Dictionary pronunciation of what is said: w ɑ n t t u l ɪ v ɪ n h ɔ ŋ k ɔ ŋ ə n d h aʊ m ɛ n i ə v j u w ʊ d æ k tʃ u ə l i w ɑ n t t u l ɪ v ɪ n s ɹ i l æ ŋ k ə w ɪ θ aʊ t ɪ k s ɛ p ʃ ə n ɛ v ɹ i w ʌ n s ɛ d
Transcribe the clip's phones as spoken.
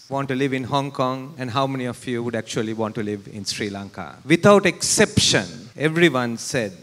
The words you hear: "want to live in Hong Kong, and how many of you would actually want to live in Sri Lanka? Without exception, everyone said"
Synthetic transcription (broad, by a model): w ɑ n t t u l ɪ v ɪ n h ɔ ŋ k ɔ ŋ ə n d h aʊ m ɛ n i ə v j u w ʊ d æ k tʃ u ə l i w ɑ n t t u l ɪ v ɪ n s ɹ i l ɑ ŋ k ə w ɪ t aʊ t ɪ k s ɛ p ʃ ə n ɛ v ɹ i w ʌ n s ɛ d